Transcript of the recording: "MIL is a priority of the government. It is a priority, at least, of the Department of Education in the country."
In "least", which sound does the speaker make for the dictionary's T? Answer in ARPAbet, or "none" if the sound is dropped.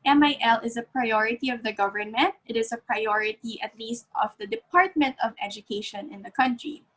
T